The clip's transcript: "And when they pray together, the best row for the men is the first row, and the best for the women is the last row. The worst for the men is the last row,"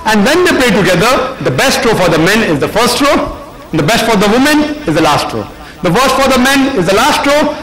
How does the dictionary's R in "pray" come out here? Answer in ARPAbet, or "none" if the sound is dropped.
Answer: L